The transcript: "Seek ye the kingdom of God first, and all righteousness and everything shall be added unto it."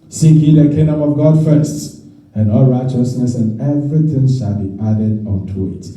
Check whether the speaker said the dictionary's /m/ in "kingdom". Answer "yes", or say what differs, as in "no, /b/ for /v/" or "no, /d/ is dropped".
yes